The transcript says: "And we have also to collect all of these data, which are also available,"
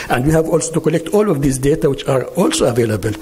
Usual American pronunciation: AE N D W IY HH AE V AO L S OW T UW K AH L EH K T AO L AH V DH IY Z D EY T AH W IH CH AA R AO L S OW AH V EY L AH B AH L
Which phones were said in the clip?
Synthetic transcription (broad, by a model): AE N D W IY HH AE V AO L S OW T UW K AH L EH K T AO L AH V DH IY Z D EY T AH W IH CH AA R AO L S OW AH V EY L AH B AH L